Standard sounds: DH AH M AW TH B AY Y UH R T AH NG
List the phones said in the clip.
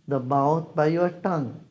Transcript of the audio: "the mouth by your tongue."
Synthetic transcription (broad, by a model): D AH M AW T B AY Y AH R T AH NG